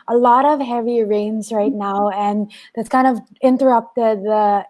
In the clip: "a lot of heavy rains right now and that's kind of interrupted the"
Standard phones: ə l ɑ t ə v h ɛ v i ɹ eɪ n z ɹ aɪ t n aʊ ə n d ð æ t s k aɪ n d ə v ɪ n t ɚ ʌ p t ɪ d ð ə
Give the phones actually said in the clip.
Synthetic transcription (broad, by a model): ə l ɑ t ə v h ɛ v i ɹ eɪ n z ɹ aɪ t n aʊ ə n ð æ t s k aɪ n d ə v ɪ n t ɚ ʌ p t ɪ d ð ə